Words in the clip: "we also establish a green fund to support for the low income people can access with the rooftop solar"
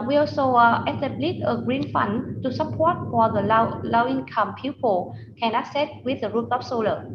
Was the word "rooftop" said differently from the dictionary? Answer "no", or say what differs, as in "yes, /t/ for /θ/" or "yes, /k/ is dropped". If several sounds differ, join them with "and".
yes, /f/ is dropped